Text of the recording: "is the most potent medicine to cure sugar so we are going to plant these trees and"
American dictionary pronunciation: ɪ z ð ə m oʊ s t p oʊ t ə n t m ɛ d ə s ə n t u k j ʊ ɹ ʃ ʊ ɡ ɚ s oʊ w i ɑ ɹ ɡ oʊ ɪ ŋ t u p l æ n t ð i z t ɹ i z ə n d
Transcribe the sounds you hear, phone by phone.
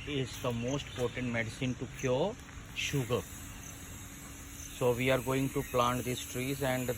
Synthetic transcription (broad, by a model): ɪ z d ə m oʊ s t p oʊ t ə n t m ɛ d ə s ə n t u k j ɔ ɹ ʃ ʊ ɡ ɚ s oʊ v i ɑ ɹ ɡ oʊ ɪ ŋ t u p l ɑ n t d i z t ɹ i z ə n d